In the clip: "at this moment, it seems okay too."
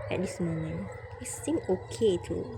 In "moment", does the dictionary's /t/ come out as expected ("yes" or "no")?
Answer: no